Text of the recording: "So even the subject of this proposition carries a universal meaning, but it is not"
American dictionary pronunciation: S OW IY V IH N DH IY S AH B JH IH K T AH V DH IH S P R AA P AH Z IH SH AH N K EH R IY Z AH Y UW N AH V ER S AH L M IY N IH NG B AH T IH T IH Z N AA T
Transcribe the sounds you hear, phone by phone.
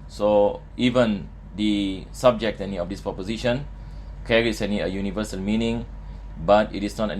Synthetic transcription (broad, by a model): S OW IY V IH N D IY S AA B JH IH K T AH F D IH S P R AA P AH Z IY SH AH N K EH R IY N AH Y UW N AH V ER S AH L M IY N IH NG B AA T IH T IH S N AA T